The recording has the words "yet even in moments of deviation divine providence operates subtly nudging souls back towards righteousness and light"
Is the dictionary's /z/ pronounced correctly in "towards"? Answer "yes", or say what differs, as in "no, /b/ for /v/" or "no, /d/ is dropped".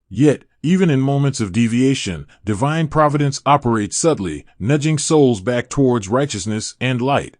yes